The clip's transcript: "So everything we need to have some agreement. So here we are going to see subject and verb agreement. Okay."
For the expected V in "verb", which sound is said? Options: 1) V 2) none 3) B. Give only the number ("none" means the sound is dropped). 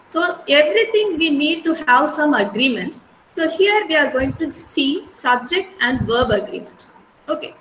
1